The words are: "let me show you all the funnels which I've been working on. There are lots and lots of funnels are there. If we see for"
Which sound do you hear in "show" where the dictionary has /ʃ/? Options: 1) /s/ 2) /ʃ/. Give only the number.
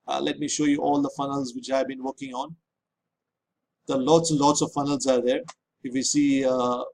2